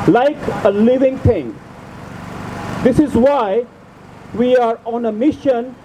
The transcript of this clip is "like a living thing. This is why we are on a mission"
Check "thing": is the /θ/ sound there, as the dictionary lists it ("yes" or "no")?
no